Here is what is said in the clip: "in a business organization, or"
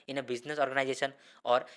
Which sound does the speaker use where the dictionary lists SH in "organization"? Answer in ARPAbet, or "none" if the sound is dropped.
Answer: S